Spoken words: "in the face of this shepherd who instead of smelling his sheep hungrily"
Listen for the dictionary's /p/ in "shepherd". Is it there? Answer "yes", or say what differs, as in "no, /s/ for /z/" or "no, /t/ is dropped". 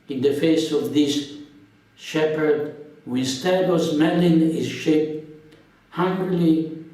yes